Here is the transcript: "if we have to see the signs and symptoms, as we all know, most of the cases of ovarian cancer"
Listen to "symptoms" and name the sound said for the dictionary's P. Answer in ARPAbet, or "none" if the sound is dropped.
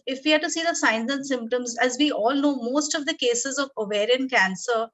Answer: P